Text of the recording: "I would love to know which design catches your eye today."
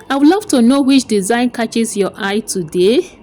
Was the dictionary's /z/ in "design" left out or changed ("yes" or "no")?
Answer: no